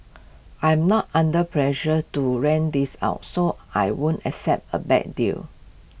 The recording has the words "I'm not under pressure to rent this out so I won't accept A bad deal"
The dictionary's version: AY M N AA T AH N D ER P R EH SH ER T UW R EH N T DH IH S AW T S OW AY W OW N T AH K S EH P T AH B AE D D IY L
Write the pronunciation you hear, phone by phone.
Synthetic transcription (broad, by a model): AY M N AA T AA N D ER P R EH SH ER T UW R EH N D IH S AW T S OW AY W OW N T AH K S EH P T AH B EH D D IY L